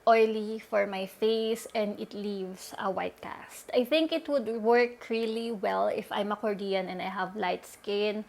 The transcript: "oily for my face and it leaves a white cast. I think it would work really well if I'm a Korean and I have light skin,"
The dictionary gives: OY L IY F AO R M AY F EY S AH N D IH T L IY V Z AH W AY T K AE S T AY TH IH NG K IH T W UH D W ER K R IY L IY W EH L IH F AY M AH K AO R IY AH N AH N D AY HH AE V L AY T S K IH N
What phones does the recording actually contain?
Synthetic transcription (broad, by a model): OY L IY F AO R M AY F EY S AH N D IH T L IY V S AH W AY T K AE S T AY TH IH NG K IH T W UH D W ER K R IY L IY W EH L IH F AY M AH K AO R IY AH N AH N D AY HH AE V L AY T S K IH N